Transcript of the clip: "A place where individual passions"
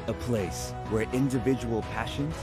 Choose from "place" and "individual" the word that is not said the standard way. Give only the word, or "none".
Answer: none